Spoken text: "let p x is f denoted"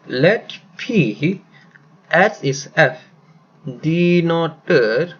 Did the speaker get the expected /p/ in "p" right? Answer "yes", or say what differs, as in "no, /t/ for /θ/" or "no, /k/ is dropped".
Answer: yes